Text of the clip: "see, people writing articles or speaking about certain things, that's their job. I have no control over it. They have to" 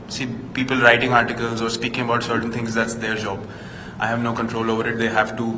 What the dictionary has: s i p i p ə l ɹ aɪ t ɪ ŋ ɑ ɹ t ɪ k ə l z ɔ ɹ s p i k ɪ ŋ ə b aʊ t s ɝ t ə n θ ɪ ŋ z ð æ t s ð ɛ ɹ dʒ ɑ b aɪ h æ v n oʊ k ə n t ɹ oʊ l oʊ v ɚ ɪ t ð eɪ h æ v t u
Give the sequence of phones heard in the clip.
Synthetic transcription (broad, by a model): s i p i p ə l ɹ aɪ t ɪ ŋ ɑ ɹ t ɪ k ə l z ɔ ɹ s p i k ɪ ŋ ə b aʊ t s ɝ t ə n t ɪ ŋ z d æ t s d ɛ ɹ dʒ ɑ b aɪ h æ v n oʊ k ə n t ɹ oʊ l oʊ v ɚ ɪ t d eɪ h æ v t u